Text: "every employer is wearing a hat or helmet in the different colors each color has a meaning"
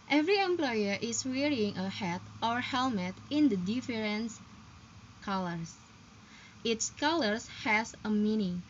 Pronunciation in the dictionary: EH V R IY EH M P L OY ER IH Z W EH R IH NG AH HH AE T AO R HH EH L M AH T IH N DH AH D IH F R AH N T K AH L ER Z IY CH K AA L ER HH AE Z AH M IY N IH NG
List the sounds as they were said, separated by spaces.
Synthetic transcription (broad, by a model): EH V R IY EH M P L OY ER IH S W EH R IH NG AH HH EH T AO R HH EH L M AH T IH N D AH D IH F R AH N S K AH L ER S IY S K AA L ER HH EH S AH M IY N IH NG